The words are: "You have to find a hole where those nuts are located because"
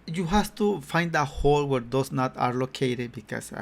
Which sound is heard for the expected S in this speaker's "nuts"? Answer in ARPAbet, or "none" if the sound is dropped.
none